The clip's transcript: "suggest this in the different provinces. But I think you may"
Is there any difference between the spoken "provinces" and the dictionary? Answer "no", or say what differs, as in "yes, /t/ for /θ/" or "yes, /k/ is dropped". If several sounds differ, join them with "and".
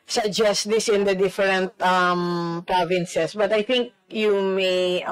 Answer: yes, /s/ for /z/